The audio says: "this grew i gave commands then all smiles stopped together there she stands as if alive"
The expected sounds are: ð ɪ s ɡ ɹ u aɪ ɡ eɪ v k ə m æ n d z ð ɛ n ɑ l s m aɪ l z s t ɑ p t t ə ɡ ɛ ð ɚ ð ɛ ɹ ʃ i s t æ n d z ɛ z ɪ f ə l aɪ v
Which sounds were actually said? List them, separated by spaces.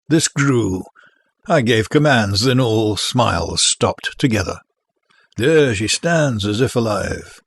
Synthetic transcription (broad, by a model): ð ɪ s ɡ ɹ u aɪ ɡ eɪ v k ə m æ n d z ð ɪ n ɑ l s m aɪ l z s t ɑ p t t ə ɡ ɛ ð ɚ ð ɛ ɹ ʃ i s t æ n d z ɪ z ɪ f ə l aɪ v